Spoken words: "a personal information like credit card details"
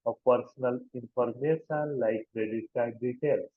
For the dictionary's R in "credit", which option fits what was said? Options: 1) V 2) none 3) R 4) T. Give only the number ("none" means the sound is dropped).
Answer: 3